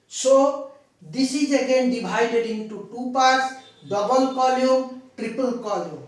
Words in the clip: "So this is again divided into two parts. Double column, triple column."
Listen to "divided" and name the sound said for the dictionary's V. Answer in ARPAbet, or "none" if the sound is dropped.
B